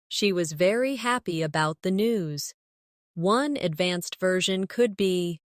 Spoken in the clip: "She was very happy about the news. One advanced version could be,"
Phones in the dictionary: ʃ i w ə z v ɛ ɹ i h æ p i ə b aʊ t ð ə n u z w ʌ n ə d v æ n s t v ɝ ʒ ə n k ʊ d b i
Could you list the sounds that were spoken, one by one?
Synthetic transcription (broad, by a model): ʃ i w ə z v ɛ ɹ i h æ p i ə b aʊ t ð ə n u z w ʌ n ə d v æ n s t v ɝ ʒ ə n k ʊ d b i